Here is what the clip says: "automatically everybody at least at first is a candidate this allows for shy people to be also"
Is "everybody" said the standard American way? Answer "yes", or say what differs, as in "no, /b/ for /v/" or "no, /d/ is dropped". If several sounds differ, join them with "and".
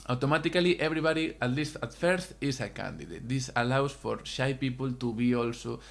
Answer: no, /b/ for /v/